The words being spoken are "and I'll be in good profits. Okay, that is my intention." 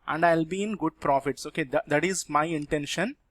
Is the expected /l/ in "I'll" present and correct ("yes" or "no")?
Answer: yes